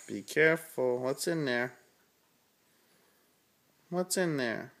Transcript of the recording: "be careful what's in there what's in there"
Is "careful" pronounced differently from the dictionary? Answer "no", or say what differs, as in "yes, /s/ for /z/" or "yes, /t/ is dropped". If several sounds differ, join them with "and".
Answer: no